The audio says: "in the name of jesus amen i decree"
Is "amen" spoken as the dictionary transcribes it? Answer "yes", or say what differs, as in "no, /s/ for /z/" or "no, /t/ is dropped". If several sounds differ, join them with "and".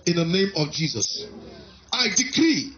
no, /m/ is dropped